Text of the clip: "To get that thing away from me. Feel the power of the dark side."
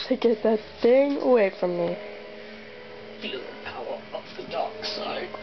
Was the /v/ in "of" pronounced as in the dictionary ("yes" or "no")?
no